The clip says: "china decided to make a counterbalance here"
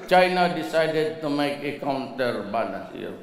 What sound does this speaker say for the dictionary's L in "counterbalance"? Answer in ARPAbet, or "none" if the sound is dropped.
N